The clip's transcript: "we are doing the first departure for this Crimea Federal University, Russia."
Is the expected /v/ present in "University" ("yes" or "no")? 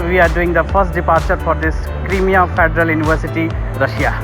no